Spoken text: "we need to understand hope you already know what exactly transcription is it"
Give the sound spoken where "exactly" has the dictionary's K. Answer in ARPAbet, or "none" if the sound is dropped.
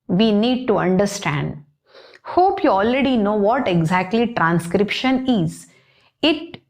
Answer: K